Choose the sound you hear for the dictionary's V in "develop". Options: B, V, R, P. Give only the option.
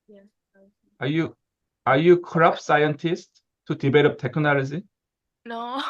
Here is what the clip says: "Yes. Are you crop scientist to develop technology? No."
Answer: B